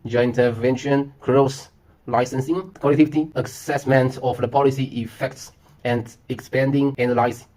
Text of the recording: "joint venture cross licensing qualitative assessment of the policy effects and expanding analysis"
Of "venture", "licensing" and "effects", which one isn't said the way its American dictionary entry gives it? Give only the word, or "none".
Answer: venture